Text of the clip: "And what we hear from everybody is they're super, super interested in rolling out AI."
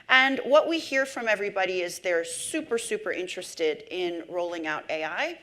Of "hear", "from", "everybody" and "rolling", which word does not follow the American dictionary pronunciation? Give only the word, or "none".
none